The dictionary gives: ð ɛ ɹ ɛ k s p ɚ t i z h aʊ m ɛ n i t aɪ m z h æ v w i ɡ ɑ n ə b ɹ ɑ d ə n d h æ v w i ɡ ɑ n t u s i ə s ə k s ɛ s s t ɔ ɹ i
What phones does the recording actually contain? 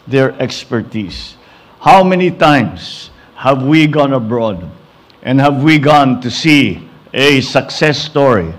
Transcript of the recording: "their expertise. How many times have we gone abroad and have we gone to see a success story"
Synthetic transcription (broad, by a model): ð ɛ ɹ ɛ k s p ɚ t i s h aʊ m ɛ n i t aɪ m s h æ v w i ɡ ɑ n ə b ɹ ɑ d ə n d h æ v w i ɡ ɑ n t u s i ə s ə k s ɛ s s t ɔ ɹ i